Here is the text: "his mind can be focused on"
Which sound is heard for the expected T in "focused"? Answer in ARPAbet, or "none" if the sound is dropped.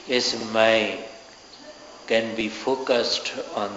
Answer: T